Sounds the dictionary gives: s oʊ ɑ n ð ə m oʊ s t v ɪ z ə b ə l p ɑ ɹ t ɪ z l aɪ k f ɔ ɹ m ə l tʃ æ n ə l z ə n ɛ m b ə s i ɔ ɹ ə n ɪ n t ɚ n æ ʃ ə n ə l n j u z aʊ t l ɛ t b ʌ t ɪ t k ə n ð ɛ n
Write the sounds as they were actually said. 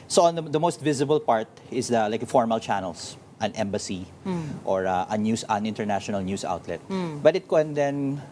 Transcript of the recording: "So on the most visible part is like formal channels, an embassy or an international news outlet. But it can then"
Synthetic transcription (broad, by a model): s oʊ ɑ n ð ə m oʊ s t v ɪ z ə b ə l p ɑ ɹ t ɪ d l aɪ k f ɔ ɹ m ə l tʃ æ n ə l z ə n ɛ m b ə s i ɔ ɹ ə n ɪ n t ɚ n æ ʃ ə n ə l n j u s aʊ t l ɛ t b ʌ t ɪ t k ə n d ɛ n